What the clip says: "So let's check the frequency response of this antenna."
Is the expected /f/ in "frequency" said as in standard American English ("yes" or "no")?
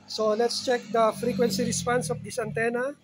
yes